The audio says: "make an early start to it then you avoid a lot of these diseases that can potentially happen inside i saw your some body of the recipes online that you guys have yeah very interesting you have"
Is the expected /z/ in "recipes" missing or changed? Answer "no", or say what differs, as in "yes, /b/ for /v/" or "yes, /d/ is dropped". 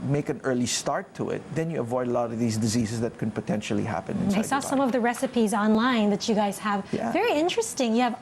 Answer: no